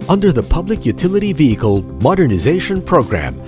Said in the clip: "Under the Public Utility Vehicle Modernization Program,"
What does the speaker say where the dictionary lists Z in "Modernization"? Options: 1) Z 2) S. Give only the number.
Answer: 1